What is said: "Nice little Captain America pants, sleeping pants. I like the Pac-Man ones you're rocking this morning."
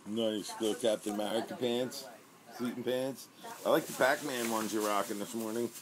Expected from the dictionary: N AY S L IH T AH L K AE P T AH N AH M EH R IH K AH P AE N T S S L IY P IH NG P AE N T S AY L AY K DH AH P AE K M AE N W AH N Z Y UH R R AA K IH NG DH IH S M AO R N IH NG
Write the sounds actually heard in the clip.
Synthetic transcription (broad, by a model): N AY S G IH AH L K AE P T AH N M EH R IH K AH P AE N T S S IY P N P AE N T S AY L AY K DH AH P AE K M AE N W AH N Z Y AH R R AA K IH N DH IH S M AO R N IH NG